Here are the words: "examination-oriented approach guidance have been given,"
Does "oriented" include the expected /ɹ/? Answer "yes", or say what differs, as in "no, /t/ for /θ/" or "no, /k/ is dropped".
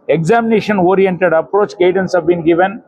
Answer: yes